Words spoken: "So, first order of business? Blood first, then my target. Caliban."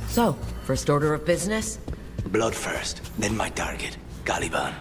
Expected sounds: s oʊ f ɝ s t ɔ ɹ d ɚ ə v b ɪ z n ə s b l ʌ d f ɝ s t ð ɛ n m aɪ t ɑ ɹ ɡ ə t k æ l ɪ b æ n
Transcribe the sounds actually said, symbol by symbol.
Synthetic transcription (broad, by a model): s oʊ f ɝ s t ɔ ɹ d ɚ ə v b ɪ z n ə s b l ʌ d f ɝ s t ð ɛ n m aɪ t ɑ ɹ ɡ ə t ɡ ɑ l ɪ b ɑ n